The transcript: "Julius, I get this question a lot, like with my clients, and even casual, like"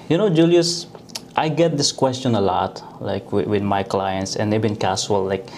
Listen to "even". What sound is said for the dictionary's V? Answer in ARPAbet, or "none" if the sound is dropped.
B